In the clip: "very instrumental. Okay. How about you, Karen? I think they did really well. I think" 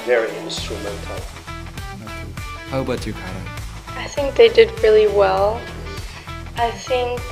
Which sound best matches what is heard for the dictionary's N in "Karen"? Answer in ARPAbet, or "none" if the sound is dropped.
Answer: none